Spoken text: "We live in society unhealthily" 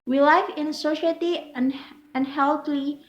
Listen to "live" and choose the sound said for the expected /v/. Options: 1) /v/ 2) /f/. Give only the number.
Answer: 2